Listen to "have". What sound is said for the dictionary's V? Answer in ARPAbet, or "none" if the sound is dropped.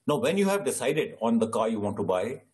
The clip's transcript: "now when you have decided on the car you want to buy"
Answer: V